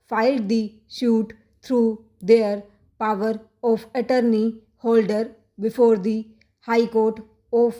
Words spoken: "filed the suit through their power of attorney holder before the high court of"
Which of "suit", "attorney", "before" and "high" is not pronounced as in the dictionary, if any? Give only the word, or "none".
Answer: suit